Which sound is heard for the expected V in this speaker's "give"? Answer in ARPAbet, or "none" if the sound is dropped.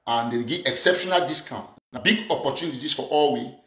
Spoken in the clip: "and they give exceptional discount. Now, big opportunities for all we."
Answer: none